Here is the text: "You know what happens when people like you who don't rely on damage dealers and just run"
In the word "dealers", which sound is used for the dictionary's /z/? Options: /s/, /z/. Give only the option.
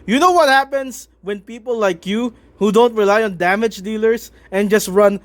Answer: /s/